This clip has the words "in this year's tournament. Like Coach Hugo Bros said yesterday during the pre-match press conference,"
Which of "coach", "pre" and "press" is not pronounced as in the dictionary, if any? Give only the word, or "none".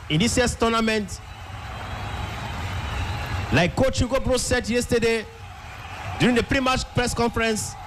none